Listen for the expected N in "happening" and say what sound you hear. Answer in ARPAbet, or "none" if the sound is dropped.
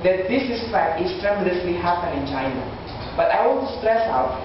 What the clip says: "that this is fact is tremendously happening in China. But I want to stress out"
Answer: none